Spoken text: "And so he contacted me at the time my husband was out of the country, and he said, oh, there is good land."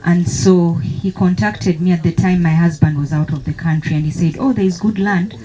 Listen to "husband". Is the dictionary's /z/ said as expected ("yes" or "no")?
yes